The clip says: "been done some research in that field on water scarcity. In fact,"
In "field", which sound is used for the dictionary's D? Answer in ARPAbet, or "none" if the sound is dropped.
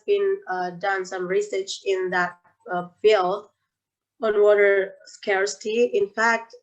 none